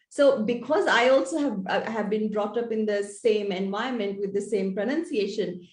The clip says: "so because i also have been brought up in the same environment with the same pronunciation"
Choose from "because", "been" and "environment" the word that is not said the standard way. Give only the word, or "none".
environment